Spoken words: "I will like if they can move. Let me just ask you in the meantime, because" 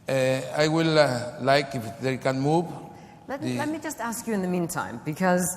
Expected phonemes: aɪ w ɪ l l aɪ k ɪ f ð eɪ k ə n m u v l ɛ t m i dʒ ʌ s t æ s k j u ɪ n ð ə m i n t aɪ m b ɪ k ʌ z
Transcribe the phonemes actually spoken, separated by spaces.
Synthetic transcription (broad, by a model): aɪ w ɪ l l aɪ k ɪ f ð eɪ k ə n m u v l ɛ t m i dʒ ʌ s t æ s k j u ɪ n ð ə m i n t aɪ m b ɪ k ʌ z